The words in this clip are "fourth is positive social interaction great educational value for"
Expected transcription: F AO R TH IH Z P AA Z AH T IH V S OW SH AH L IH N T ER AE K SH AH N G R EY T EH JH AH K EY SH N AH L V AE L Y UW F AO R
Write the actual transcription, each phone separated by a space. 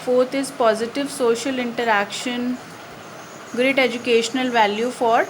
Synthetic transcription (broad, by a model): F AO R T IH Z P AA Z AH T IH V S OW SH AH L IH N T ER AE K SH AH N G R EY T EH JH AH K EY SH N AH L V AE L Y UW F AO R